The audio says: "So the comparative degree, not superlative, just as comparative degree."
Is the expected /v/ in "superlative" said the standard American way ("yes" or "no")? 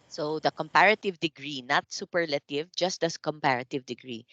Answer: yes